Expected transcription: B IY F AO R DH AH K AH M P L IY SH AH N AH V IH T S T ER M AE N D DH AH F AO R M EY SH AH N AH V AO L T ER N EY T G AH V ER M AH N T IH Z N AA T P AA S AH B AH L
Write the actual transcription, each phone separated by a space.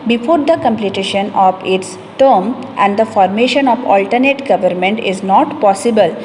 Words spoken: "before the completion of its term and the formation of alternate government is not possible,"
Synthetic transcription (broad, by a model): B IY F AO R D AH K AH M P L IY SH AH N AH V IH T S T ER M AE N D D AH F AO R M EY SH AH N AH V AO L T ER N EY T G AH V ER M AH N T IH Z N AA T P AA S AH B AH L